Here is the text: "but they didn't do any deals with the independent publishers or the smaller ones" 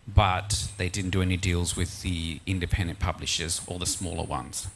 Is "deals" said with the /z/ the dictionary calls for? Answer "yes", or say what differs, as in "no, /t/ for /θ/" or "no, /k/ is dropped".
yes